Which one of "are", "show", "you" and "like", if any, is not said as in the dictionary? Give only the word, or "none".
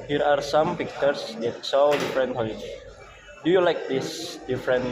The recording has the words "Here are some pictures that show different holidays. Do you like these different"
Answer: show